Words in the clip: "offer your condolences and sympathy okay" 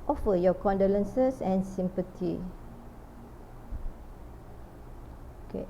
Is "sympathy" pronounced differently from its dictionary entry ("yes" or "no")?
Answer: yes